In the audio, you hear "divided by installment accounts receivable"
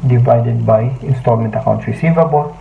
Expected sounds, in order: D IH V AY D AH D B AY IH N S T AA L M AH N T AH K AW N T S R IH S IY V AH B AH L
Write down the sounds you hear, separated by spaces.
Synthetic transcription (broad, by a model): D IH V AY D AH D B AY IH N S T AA L M AH N T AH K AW N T R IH S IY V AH B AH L